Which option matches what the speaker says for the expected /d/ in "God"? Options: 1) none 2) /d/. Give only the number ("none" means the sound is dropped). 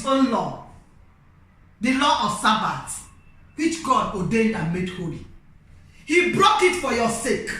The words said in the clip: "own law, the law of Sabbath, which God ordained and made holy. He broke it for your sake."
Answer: 2